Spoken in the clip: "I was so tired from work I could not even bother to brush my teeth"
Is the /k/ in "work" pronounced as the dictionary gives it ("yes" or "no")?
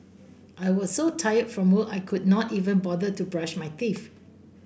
no